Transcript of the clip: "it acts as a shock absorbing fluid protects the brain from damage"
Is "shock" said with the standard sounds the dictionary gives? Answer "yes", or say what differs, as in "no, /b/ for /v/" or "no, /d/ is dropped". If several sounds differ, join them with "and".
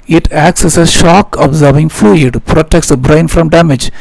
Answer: yes